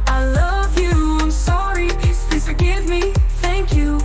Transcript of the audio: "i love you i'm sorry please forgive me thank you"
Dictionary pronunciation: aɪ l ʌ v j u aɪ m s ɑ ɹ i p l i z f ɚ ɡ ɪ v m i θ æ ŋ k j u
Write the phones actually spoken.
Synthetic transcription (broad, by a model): aɪ l ʌ v j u aɪ m s ɑ ɹ i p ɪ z f ɚ ɡ ɪ v m i θ æ ŋ k j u